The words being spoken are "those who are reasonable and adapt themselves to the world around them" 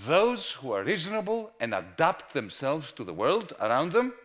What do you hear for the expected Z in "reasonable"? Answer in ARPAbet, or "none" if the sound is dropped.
Z